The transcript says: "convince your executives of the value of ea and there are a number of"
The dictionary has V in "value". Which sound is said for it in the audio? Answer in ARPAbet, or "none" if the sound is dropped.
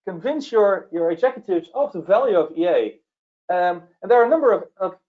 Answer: V